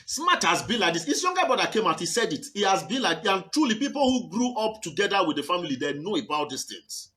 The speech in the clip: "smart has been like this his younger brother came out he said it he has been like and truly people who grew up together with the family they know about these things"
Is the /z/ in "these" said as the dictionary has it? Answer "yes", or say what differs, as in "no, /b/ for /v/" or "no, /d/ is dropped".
no, /s/ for /z/